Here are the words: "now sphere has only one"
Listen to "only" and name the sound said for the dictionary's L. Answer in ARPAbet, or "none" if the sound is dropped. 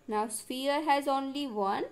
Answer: L